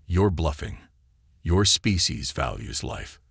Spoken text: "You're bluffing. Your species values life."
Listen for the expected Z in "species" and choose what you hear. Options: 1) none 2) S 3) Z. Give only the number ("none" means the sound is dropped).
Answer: 3